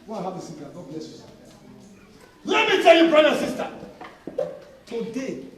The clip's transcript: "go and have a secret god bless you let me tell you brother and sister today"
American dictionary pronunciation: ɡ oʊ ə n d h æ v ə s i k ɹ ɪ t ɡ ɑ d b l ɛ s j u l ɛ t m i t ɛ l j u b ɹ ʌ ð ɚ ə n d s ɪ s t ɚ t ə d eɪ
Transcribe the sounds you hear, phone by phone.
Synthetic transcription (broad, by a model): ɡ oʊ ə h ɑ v ə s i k ɪ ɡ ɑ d b l ɛ s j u l ɛ t m i t ɛ l j u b ɹ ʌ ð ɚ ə s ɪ s t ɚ t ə d eɪ